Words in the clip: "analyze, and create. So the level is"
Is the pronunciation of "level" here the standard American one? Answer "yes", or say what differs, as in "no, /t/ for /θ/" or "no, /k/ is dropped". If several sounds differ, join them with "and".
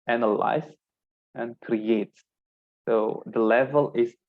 yes